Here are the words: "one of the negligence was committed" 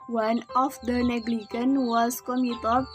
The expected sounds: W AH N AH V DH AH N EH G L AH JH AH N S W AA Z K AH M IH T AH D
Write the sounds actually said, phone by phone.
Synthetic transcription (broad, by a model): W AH N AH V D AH N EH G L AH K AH N W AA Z K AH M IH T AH